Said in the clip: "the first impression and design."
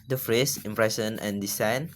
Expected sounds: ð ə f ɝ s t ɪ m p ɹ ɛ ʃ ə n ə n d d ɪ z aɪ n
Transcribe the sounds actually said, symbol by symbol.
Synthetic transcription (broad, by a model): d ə f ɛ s ɪ m p ɹ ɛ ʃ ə n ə n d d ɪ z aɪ n